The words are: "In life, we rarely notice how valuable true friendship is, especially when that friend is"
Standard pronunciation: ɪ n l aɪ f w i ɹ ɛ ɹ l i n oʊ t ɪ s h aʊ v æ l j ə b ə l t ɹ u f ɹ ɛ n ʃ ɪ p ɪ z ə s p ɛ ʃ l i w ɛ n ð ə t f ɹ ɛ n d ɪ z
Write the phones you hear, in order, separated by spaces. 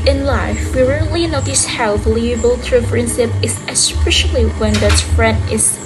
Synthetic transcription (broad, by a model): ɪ n l aɪ f w i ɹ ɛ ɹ l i n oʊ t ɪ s h aʊ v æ l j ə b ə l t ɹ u p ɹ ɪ n s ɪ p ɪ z ə s p ɛ ʃ l i w ɛ n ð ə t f ɹ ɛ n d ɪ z